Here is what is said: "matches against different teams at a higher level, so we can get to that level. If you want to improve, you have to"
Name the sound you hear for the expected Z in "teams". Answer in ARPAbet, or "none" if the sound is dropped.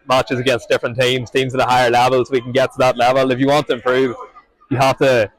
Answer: Z